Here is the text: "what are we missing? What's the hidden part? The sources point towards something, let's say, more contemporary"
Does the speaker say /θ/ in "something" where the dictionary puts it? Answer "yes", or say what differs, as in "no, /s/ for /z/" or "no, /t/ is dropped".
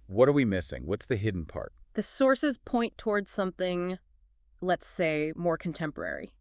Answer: yes